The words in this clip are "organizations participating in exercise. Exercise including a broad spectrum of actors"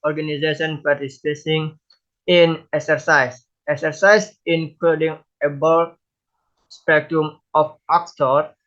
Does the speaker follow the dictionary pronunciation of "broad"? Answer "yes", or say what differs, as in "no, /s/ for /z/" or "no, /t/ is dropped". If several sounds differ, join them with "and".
no, /ɹ/ is dropped